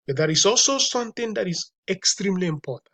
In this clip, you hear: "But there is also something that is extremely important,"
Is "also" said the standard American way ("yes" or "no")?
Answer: yes